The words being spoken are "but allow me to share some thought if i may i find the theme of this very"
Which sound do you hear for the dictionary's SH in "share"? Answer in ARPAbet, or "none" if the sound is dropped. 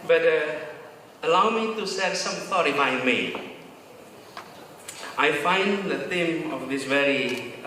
S